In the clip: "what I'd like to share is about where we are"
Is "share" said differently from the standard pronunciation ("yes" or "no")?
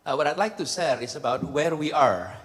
yes